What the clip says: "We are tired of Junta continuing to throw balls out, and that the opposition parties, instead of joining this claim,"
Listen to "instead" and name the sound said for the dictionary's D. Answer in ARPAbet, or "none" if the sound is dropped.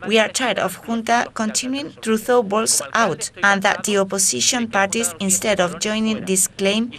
D